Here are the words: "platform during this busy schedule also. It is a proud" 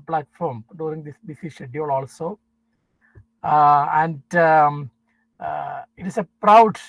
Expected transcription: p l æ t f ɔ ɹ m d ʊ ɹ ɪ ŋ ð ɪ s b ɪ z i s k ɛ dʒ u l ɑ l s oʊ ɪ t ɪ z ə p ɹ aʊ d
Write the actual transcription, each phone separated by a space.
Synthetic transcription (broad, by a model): p l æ t f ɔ ɹ m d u ɹ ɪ ŋ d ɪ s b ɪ s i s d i u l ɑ l s oʊ ɪ t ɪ s ə p ɹ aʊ d